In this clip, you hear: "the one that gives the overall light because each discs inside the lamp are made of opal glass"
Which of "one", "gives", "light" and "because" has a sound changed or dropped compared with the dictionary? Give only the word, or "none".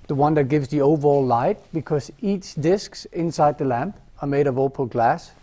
none